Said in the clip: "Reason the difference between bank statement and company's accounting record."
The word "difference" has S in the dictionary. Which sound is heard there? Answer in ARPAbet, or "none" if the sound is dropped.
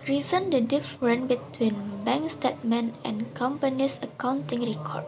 none